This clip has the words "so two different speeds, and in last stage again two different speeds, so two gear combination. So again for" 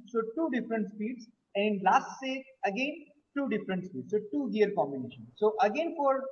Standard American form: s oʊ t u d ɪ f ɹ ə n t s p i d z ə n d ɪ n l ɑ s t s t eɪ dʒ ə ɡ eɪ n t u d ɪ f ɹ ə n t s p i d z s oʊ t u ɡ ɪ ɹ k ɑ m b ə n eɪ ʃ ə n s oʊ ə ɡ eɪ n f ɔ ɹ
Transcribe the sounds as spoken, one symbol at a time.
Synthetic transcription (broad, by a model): s oʊ t u d ɪ f ɹ ə n t s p i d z ə n d l ɑ s t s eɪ ə ɡ eɪ n t u d ɪ f ɹ ə n t s p i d s oʊ t u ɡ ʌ ɹ k ɑ m b ə n eɪ ʃ ə n s oʊ ə ɡ eɪ n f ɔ ɹ